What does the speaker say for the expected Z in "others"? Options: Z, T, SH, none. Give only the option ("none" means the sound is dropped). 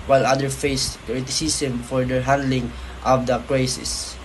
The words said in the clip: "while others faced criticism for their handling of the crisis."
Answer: none